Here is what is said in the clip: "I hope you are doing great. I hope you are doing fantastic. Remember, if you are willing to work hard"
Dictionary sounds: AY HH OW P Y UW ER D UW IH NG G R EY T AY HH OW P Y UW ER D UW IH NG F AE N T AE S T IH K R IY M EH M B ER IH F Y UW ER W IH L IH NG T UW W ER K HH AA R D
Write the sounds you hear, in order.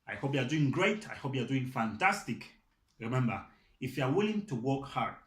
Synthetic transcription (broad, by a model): AY HH OW P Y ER D UW IH NG G R EY T AY HH OW P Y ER D UW IH NG F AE N T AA S T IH K R IY M EH M B ER IH F Y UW ER W IH L IH NG T UW W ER K HH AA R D